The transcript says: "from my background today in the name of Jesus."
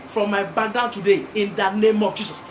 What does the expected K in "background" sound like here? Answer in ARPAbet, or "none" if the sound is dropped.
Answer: none